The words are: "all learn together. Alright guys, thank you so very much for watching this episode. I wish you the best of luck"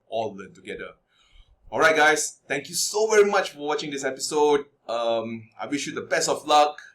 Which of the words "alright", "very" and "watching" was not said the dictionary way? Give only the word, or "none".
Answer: none